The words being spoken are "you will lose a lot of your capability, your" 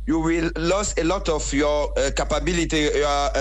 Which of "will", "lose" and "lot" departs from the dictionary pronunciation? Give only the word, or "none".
lose